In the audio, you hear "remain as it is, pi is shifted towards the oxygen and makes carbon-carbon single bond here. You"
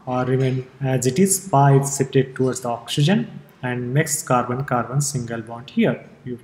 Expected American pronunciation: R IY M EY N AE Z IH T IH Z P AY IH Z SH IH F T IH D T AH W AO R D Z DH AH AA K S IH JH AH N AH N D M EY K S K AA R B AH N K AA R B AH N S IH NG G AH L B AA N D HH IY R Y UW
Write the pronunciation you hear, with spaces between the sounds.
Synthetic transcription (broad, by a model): R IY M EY N AE Z IH T IH Z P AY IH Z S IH P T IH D T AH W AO R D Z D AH AA K S IH JH AH N AH N D M EY K S K AA R B AH N K AA R B AH N S IH NG G AH L B AA N D HH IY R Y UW